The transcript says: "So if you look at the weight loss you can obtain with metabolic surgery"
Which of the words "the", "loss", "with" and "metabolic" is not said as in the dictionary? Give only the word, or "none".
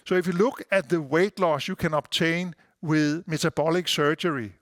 metabolic